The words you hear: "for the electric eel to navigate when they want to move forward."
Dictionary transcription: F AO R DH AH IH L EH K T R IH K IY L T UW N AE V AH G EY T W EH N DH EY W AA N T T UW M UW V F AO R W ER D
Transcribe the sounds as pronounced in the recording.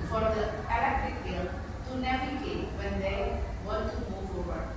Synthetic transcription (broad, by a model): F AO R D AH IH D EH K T IH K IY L T UW N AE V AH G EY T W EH N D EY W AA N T T UW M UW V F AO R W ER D